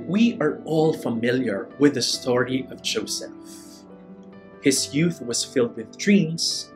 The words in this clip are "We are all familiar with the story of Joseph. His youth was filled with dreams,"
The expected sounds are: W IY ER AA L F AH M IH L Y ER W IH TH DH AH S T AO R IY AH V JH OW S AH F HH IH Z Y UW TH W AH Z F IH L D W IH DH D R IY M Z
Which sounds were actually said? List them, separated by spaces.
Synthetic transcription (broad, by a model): W IY ER AA L F AH M IH L Y ER W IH DH AH S T AO R IY AH V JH OW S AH F HH IH Z Y UW TH W AH Z F IH L D W IH DH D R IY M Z